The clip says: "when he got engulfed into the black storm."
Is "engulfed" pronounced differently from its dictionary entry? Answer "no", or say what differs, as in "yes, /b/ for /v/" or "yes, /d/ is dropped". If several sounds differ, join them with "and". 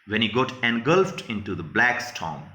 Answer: no